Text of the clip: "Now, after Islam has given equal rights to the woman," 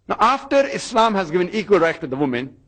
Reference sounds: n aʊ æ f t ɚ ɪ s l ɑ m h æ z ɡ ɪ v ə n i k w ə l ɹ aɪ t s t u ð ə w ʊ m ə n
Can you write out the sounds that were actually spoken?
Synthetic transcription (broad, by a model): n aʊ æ f t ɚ ɪ s l ɑ m h æ z ɡ ɪ v ə n i k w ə l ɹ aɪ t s t u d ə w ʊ m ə n